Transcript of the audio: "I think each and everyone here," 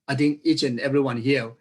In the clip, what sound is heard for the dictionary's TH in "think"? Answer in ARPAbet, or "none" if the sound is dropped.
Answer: T